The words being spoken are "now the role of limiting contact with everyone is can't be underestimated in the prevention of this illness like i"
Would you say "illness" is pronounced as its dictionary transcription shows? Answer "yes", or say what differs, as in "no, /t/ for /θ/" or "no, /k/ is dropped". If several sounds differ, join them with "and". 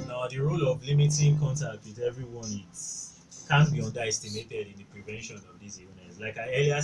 no, /l/ is dropped